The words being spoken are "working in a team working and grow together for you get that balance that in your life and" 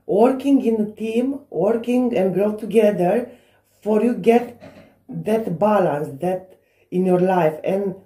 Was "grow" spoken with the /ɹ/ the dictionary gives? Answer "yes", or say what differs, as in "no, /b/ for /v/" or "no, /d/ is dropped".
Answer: yes